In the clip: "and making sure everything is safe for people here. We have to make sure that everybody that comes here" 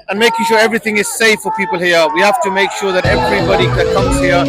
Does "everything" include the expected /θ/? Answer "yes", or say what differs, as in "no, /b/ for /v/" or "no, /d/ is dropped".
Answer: yes